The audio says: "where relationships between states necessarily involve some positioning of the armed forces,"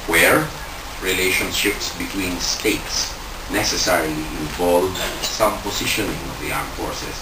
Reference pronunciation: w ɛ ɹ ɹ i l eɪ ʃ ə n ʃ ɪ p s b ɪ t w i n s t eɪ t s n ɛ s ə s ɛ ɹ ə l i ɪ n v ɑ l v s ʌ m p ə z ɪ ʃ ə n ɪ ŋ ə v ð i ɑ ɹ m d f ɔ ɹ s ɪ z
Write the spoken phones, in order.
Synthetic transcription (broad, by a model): w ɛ ɹ ɹ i l eɪ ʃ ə n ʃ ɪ p s b ɪ t w i n s t eɪ t s n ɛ s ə s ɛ ɹ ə l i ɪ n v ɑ l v s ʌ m p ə s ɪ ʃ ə n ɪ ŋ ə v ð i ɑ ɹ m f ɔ ɹ s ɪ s